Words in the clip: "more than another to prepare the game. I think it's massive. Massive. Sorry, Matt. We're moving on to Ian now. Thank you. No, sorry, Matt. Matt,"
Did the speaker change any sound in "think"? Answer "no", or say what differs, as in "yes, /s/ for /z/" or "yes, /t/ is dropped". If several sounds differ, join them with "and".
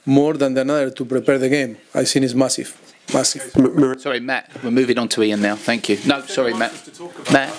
yes, /s/ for /θ/